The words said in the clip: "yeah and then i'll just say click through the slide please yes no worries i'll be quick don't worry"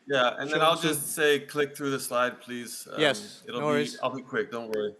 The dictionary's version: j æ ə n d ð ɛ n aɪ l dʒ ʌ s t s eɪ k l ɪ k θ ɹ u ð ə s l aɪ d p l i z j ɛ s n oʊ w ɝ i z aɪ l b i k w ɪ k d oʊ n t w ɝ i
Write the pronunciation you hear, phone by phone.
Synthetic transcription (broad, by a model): j æ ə n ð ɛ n aɪ l dʒ ʌ s t s eɪ k l ɪ k θ ɹ u ð ə s l aɪ d p l i z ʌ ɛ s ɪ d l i aɪ l b i k w ɪ k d oʊ n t w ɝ i